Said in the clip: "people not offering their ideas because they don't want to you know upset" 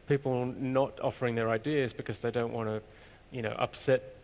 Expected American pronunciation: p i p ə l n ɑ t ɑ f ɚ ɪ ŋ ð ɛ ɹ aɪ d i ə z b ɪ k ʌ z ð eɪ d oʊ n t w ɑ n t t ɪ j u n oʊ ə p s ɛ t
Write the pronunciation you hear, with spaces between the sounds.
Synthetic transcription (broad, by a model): p i p l n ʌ t ɑ f ɚ ɪ ŋ ð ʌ ɹ aɪ d i ə z b ɪ k ʌ z ð eɪ d oʊ n t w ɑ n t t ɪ j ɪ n oʊ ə p s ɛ t